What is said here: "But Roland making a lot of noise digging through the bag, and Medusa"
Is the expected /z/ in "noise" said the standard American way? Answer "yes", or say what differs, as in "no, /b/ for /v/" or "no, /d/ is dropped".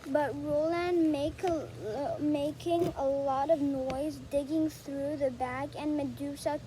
yes